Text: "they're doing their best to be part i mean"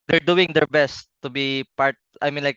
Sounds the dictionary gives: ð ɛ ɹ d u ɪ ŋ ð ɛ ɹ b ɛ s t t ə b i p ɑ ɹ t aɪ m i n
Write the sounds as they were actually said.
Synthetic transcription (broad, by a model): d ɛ ɹ d u ɪ ŋ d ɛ ɹ b ɛ s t t ə b i p ɑ ɹ t aɪ m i n